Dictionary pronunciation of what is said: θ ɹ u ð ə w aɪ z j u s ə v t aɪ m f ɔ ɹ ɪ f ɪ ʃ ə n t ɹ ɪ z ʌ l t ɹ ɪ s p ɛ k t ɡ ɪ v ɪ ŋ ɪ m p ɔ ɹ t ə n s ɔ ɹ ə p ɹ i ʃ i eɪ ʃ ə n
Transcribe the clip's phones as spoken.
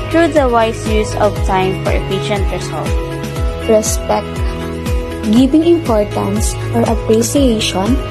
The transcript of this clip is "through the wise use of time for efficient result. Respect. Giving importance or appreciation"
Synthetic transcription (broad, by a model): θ ɹ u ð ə w aɪ s j u s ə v t aɪ m f ɔ ɹ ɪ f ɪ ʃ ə n t ɹ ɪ s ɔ l t ɹ ɪ s p ɛ k t ɡ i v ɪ ŋ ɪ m p ɔ ɹ t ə n s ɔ ɹ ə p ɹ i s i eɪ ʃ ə n